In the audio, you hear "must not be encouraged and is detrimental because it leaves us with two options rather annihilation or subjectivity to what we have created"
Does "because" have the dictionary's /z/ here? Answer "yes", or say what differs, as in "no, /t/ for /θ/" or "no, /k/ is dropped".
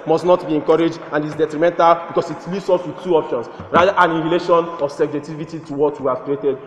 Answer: no, /s/ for /z/